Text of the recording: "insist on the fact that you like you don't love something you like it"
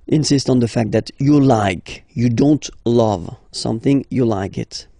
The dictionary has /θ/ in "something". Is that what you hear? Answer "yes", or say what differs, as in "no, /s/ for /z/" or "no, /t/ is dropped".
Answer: yes